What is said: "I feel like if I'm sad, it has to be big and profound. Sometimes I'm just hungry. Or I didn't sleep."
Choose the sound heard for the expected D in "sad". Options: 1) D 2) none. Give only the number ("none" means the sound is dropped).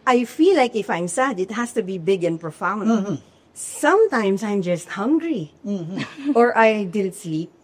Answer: 1